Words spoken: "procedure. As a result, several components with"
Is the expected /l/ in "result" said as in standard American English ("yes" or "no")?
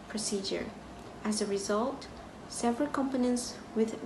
yes